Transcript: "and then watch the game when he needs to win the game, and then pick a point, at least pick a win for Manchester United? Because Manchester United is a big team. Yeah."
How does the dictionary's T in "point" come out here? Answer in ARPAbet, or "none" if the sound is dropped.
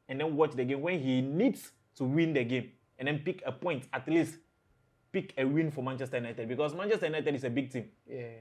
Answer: T